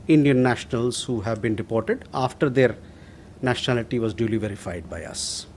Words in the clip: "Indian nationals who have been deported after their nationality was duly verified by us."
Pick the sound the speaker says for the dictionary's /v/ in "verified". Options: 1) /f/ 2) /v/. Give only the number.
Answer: 2